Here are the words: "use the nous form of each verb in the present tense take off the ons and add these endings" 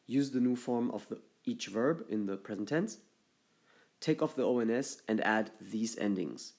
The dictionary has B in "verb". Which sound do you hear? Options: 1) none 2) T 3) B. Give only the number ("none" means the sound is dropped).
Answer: 3